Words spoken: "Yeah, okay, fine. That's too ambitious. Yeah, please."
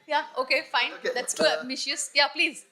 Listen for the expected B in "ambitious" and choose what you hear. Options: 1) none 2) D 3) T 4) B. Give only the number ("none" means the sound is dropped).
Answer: 1